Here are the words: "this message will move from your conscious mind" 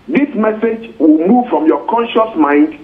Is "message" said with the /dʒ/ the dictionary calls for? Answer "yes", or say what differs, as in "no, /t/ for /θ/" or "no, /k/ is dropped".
yes